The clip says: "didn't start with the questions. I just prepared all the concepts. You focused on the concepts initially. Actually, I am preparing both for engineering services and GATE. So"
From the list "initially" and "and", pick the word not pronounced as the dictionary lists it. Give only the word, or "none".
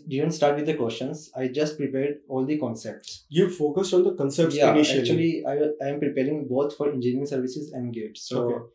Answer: initially